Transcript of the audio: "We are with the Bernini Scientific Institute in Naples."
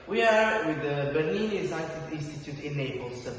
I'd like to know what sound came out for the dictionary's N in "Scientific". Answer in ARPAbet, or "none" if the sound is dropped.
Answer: none